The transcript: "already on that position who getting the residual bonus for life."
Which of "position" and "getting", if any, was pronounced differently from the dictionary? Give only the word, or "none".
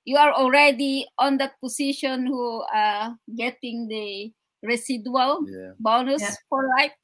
position